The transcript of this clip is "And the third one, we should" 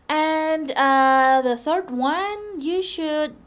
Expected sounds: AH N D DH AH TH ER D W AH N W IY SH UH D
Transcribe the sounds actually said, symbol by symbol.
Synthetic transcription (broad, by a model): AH N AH DH AH TH ER D W AH N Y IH SH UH D